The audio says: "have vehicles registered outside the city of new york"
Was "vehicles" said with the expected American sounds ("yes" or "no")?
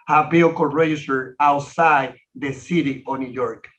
no